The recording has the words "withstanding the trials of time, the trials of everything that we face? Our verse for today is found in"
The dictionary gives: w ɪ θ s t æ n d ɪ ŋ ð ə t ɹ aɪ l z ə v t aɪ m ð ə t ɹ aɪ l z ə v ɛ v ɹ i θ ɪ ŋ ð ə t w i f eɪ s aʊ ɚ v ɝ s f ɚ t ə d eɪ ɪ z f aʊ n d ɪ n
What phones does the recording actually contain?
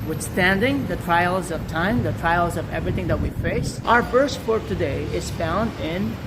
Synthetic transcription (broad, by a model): w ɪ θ s t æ n d ɪ ŋ ð ə t ɹ aɪ l z ə v t aɪ m ð ə t ɹ aɪ l z ə v ɛ v ɹ i θ ɪ ŋ ð ə t w i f eɪ s aʊ ɚ b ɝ s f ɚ t ə d eɪ ɪ z f aʊ n d ɪ n